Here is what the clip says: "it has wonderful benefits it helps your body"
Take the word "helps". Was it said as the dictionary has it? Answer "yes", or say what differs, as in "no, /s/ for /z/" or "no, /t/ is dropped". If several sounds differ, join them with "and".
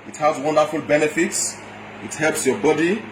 yes